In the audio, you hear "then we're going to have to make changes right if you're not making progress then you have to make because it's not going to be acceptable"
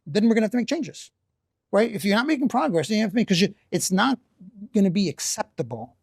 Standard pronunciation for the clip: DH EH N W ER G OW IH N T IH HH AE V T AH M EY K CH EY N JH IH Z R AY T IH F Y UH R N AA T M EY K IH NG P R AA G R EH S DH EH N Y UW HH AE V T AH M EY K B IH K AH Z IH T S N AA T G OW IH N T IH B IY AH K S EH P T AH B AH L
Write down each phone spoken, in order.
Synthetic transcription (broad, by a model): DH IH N W ER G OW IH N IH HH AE F T AH M EY K CH EY N JH IH Z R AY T IH F Y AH R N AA T M EY K IH NG P R AA G R EH S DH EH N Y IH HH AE F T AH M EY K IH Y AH IH T S N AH T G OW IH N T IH B IY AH K S EH P T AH B L